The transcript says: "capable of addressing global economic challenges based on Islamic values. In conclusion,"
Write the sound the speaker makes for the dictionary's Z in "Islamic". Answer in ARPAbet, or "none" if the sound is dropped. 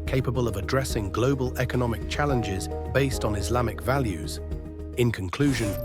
Z